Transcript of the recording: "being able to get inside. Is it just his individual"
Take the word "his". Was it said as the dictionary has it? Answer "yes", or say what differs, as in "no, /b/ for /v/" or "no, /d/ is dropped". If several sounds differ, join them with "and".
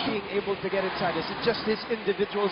yes